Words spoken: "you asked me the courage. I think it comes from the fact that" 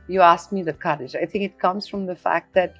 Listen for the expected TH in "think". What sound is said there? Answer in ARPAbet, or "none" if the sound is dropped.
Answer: TH